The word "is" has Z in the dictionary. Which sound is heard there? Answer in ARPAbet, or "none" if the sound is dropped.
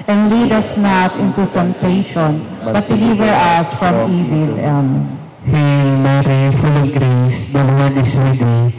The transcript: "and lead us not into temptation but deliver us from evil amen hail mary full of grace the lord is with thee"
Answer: S